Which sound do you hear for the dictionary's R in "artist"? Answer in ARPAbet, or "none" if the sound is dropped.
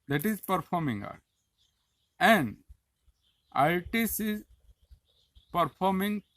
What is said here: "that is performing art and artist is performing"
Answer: L